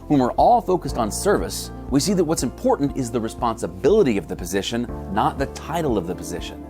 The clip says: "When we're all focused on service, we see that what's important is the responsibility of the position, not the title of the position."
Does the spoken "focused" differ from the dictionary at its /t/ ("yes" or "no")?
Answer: no